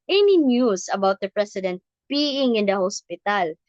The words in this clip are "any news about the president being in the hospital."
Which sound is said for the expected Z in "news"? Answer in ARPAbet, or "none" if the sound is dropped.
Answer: S